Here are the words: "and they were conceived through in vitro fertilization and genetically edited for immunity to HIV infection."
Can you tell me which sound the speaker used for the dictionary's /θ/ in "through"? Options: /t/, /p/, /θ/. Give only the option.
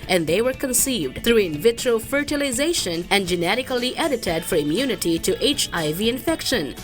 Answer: /t/